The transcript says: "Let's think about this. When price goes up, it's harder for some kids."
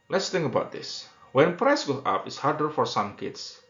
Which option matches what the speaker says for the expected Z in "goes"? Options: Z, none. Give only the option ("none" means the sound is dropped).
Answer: none